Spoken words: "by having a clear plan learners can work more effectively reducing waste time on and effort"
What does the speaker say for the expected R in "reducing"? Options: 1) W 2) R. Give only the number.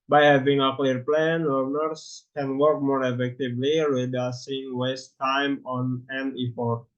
1